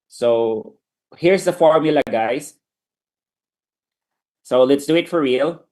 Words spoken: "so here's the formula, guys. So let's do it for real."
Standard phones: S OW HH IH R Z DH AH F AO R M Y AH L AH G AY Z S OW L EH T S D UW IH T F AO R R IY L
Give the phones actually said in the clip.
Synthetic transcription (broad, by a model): S OW HH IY R S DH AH F AO R M Y AH L AH G AY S S OW L EH T S D UW IH T F AO R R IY L